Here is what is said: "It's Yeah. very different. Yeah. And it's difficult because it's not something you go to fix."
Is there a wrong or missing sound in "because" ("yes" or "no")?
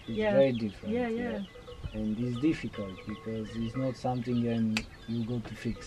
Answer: no